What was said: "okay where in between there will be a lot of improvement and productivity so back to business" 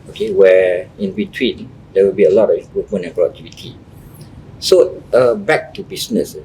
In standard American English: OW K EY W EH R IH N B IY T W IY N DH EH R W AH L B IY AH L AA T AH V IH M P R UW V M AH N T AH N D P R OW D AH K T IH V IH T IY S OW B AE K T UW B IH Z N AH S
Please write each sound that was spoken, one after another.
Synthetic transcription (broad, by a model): OW K EY W EH IH N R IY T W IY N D EH W AH L B IY AH L AA T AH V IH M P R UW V M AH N AH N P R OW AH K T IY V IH T IY S OW B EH K T UW B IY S N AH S